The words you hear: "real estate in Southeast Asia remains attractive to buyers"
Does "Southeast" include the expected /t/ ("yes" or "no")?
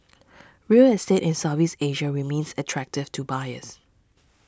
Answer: no